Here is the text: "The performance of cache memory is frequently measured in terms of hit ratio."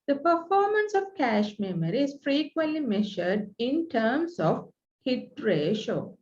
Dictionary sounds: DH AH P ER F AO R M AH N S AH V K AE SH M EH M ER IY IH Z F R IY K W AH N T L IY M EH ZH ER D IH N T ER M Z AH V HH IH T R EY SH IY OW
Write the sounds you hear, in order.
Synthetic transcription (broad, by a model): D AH P ER F AO R M AH N S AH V K AE SH M EH M ER IY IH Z F R IY K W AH N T L IY M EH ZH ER D IH N T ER M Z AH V HH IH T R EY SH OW